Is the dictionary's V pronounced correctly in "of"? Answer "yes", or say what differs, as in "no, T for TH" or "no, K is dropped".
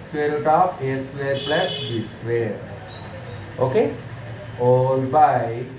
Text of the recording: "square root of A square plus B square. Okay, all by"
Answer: no, P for V